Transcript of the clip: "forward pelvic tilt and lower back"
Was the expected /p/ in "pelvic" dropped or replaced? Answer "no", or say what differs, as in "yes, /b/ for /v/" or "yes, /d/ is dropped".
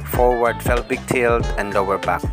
yes, /f/ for /p/